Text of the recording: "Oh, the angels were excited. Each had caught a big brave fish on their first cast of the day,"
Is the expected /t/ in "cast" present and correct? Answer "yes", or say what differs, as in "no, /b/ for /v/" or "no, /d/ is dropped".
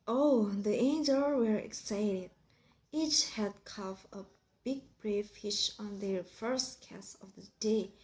no, /t/ is dropped